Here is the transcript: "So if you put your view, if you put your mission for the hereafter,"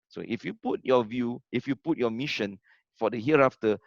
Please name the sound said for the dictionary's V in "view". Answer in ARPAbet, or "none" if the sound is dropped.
V